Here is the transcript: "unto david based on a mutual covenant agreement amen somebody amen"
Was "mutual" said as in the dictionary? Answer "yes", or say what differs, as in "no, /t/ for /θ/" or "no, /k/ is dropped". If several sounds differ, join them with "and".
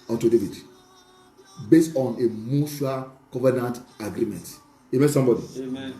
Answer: no, /ʃ/ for /tʃ/